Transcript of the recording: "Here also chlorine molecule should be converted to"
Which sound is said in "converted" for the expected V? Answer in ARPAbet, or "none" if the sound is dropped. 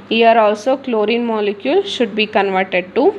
V